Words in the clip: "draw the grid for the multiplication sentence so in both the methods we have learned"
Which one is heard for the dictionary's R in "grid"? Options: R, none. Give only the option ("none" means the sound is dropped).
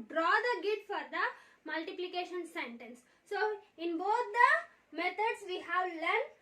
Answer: none